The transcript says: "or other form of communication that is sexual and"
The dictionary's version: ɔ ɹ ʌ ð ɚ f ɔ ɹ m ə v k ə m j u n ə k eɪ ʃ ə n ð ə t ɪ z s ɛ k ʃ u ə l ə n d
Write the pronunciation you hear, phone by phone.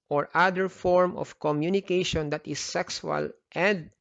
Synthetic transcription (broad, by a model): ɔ ɹ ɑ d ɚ f ɔ ɹ m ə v k ə m j u n ə k eɪ ʃ ə n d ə t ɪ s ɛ k s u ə l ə n d